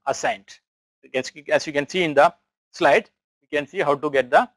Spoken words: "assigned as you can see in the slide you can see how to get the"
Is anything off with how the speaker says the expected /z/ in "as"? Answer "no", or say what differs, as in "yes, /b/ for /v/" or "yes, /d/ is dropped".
yes, /s/ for /z/